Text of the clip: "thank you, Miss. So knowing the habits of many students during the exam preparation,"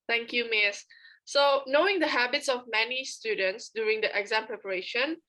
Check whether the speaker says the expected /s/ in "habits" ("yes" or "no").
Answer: yes